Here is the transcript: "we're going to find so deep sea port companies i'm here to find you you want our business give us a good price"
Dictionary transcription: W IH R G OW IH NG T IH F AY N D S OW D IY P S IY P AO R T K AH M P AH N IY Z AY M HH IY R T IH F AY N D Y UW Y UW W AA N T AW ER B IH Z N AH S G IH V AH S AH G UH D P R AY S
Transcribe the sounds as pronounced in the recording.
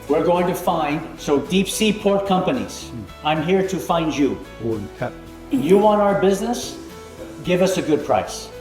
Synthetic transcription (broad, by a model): W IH R G OW IH NG T IH F AY N D S OW D IY P S IY P AO R T K AH M P AH N IY Z AY M HH IY R T IH F AY N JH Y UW Y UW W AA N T AW ER B IH Z N AH S G IH V AH S AH G UH D P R AY S